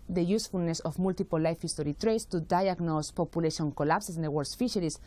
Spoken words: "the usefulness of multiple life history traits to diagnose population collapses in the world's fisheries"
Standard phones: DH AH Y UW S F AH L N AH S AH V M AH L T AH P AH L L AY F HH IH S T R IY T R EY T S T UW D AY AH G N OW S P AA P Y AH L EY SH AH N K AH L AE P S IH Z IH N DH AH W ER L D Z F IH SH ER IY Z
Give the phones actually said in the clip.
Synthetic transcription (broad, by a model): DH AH Y UW S F AH L N AH S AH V M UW L T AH P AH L L AY F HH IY S T R IY T R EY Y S T UW D AY AH G N OW S P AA P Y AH L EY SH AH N K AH L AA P S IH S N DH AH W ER D S F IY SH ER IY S